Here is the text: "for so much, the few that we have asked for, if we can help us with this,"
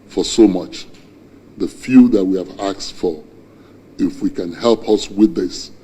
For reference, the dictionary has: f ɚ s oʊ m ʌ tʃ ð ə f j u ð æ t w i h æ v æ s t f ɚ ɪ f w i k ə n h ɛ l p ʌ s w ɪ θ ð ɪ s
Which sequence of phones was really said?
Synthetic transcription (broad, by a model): f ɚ s oʊ m ʌ tʃ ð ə f j u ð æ t w i h æ v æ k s f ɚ ɪ f w i k ə n h ɛ l p ʌ s w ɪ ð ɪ s